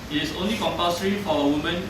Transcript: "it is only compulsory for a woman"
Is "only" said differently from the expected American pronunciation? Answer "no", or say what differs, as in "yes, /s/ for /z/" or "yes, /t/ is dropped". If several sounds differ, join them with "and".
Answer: no